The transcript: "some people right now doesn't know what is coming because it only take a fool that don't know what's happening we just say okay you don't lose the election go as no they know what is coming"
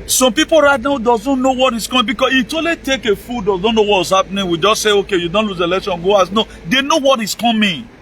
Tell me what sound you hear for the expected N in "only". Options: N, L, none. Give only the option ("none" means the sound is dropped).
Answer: none